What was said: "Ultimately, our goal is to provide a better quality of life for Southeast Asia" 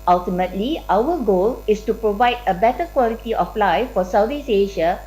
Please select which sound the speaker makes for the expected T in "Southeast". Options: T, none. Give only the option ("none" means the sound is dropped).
none